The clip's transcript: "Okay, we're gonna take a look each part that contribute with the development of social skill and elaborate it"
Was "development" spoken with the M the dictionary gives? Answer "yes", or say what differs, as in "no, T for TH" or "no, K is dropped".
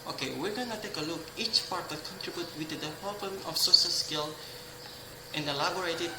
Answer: no, M is dropped